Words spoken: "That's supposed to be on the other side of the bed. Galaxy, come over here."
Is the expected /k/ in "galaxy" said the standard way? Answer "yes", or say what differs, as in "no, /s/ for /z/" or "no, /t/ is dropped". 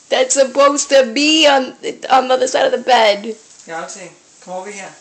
no, /k/ is dropped